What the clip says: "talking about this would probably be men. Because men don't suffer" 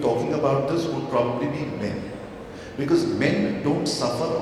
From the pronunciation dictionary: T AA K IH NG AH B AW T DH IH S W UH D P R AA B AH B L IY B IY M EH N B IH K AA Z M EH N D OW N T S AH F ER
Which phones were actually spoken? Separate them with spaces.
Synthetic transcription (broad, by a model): T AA K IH NG AH B AW T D IH S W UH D P R AA B AH B L IY B IY M EH N B IH K AA Z M EH N D OW N T S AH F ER